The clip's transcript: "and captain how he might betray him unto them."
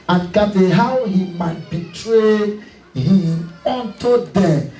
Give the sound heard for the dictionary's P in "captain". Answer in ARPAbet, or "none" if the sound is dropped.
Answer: none